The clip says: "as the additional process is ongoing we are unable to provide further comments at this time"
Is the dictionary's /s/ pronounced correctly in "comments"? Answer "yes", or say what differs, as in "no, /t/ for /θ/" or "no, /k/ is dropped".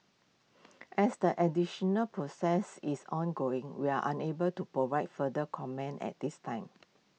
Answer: no, /s/ is dropped